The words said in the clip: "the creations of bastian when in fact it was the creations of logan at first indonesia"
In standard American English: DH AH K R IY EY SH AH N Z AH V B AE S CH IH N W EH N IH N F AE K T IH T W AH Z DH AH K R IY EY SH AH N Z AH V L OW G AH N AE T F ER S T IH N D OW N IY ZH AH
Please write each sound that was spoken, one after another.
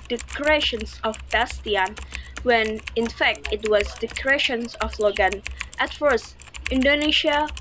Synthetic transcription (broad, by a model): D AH K R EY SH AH N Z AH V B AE S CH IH N W EH N IH N F AE K T IH T W AH Z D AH K R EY SH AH N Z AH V L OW G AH N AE T F ER S T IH N D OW N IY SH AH